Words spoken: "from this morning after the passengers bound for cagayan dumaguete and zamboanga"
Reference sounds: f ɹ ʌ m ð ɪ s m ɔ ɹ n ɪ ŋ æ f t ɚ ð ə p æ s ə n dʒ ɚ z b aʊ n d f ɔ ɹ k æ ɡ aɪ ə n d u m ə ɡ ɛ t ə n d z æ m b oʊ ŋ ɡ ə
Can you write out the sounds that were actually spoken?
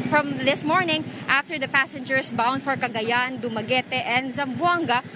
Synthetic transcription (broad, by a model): f ɹ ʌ m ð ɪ s m ɔ ɹ n ɪ ŋ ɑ f t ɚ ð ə p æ s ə n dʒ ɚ s b aʊ n d f ɔ ɹ k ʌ ɡ aɪ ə n d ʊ m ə ɡ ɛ t ə n d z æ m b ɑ ŋ ɡ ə